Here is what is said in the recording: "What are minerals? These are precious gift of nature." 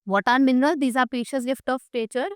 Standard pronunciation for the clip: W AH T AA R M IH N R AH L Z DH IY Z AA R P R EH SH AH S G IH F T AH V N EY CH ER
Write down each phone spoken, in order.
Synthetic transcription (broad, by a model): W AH T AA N M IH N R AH L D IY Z AA R P IY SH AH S G IH F T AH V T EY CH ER